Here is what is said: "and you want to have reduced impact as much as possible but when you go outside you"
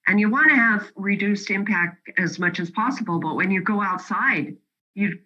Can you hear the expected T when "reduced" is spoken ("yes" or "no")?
yes